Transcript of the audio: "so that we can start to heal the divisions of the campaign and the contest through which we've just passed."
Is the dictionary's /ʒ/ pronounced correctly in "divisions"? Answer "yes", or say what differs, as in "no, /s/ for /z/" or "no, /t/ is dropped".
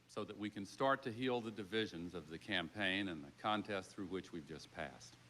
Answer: yes